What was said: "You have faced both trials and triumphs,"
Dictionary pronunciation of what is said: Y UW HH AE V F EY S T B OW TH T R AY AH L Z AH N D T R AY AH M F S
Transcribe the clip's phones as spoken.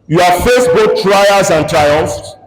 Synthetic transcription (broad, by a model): Y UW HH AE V F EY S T B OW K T R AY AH Z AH N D T R AY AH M F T